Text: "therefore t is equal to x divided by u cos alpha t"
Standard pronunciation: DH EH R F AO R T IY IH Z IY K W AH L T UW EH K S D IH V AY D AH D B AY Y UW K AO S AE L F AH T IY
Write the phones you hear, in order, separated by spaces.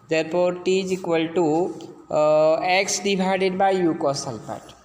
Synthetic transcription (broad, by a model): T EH R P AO R T IY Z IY K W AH L T UW EH K S D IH B AY D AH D B AY Y UW K AO S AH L P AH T